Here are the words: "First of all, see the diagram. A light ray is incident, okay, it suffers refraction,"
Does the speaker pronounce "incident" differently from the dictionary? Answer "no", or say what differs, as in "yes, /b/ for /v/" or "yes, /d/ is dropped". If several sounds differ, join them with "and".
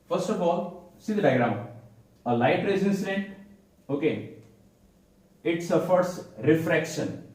yes, /t/ is dropped